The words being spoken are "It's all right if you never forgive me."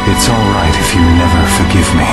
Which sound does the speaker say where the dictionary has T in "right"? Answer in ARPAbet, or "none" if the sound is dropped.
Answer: T